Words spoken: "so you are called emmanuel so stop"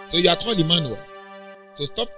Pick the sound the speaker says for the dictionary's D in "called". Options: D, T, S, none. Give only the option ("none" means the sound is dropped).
none